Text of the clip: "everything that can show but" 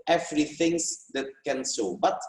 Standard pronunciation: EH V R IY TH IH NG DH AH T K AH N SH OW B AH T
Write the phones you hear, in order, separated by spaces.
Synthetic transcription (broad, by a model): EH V R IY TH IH NG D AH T K AH N S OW B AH T